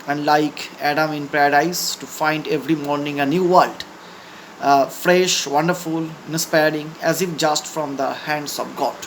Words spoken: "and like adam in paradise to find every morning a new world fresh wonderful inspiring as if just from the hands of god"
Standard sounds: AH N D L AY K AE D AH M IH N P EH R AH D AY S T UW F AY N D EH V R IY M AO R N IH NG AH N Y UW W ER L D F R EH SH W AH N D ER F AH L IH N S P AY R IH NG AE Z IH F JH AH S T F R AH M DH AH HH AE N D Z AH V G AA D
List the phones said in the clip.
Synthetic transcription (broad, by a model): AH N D L AY K AE D AH M IH N P R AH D AY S T UW F AY N D EH V R IY M AO R N IH NG AH N Y UW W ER L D F R EH SH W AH N D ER F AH L IH N S P AY R IH NG AE Z IH F JH AH S T F R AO M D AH HH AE N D S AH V G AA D